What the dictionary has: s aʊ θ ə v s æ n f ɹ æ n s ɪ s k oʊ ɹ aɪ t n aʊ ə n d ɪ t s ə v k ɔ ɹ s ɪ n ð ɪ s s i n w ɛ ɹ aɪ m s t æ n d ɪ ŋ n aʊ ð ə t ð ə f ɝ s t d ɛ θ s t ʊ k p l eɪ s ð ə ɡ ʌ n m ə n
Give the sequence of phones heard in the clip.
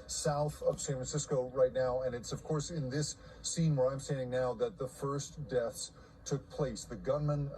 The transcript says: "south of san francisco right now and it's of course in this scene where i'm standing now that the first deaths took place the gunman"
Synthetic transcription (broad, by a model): s aʊ θ ə v s æ n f ɹ n s ɪ s k oʊ ɹ aɪ t n aʊ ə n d ɪ t s ə v k ɔ ɹ s ɪ n ð ɪ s s i n w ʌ ɹ aɪ m s t æ n d ɪ ŋ n aʊ ð ə t ð ə f ɝ s d ɛ θ s t ʊ k p l eɪ s ð ə ɡ ʌ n m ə n